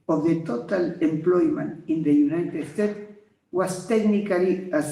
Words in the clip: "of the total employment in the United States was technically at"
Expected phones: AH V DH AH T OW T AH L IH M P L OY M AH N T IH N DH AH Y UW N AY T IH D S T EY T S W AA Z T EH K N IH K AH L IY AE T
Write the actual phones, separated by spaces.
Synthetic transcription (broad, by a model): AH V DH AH T OW T AH L IH M P L OY M AH N T IH N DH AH Y UW N AY T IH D S T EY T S W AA S T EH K N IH K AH L IY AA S